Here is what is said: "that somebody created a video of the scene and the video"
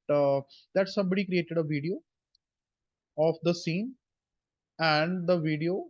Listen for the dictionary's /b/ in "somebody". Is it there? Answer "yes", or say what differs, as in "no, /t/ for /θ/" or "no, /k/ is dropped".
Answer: yes